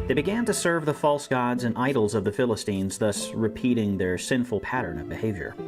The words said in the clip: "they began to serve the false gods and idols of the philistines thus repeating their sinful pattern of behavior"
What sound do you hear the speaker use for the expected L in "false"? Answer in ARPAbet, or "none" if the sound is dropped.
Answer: L